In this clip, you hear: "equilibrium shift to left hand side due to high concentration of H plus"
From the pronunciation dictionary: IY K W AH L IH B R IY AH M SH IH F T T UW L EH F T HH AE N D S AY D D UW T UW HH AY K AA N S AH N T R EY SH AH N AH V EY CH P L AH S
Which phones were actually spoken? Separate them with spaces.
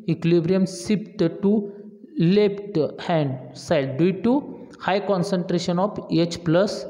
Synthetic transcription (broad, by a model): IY K L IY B R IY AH M S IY P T T UW L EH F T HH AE N D S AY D D UW T UW HH AY K AA N S AH N T R EY SH AH N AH F EY CH P L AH S